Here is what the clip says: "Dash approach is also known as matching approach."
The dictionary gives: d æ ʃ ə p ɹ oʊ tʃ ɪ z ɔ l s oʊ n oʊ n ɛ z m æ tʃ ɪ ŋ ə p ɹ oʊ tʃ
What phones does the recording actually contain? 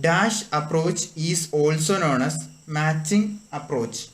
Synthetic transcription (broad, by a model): d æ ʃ ə p ɹ oʊ tʃ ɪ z ɔ l s oʊ n oʊ n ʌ s m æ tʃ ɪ ŋ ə p ɹ oʊ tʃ